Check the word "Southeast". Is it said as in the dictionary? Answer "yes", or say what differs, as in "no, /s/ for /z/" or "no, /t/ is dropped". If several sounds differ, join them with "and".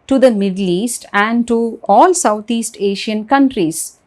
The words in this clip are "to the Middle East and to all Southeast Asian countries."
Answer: no, /t/ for /θ/